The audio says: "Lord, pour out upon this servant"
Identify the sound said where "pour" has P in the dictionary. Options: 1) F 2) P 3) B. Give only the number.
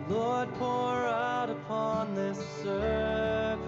2